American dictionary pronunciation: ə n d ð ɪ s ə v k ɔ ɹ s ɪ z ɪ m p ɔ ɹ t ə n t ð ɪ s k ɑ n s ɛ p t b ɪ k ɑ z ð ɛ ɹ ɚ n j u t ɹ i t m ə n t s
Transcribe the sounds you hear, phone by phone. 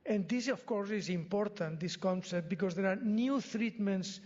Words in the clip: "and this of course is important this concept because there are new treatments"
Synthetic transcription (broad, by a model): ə n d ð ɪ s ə f k ɔ ɹ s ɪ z ɪ m p ɔ ɹ t ə n t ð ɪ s k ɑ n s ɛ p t b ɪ k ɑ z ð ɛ ɹ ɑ n j u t ɹ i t m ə n t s